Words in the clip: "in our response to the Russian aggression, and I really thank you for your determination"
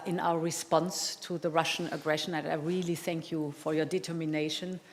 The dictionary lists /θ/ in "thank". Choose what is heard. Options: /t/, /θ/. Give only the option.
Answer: /θ/